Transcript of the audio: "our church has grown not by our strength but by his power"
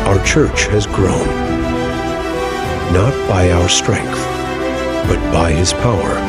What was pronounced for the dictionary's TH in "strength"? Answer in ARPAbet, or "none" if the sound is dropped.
TH